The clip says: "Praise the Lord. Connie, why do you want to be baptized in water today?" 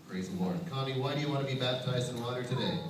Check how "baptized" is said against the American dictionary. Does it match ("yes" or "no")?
yes